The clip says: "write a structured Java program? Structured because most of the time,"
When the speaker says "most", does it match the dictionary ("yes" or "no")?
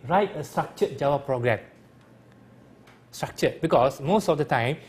yes